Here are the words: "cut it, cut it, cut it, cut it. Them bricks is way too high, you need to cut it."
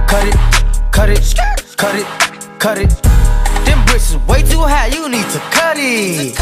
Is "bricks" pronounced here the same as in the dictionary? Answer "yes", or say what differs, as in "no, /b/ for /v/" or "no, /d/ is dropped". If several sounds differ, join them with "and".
no, /k/ is dropped